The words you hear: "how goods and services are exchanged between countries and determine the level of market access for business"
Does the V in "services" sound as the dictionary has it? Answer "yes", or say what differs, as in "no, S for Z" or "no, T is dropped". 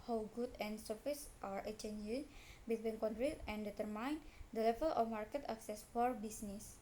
no, F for V